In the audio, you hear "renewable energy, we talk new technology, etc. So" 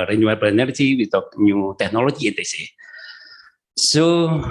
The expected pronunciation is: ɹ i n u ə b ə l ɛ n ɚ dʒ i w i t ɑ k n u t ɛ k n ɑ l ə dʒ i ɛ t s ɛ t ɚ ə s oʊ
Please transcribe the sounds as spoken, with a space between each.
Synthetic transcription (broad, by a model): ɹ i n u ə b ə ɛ n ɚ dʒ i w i t ɑ k n u t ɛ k n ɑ l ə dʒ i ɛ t ɛ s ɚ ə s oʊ